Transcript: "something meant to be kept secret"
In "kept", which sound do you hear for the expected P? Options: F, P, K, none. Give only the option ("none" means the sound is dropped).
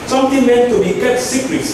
none